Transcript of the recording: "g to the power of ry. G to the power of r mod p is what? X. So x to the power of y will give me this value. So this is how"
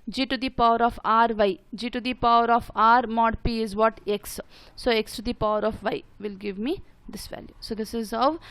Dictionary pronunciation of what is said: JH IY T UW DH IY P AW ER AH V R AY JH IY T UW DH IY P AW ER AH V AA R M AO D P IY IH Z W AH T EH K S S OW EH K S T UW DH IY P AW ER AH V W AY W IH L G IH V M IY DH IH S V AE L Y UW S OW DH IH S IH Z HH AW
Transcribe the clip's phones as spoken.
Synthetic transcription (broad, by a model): JH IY T UW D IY P AW ER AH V R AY JH IY T UW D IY P AW ER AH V AA R M AO D P IY IH Z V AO T EH K S S OW EH K S T UW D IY P AW ER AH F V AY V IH L G IH V M IY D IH S V AE L Y UW S OW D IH S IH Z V